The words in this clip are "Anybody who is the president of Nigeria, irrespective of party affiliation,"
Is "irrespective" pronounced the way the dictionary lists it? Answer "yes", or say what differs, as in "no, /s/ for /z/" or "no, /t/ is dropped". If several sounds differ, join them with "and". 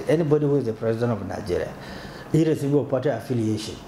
no, /p/ is dropped and /v/ is dropped